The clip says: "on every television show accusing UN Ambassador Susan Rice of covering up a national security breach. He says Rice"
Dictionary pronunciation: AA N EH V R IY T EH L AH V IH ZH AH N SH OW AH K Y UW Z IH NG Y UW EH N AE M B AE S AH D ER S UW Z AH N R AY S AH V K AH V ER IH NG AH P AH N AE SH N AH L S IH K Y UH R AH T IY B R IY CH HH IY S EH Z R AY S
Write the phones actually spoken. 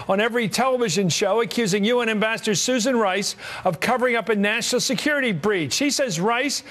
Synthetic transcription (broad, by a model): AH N EH V R IY T EH L AH V IH ZH AH N SH OW AH K Y UW Z IH NG Y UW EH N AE M B AE S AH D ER S UW Z AH N R AY S AH V K AH V ER IH NG AH P AH N AE SH N L S IH K Y UH R AH T IY B R IY CH HH IY S EH Z R AY S